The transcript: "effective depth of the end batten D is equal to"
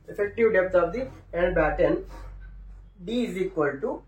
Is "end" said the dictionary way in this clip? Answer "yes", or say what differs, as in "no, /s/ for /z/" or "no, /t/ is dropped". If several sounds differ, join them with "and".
no, /l/ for /n/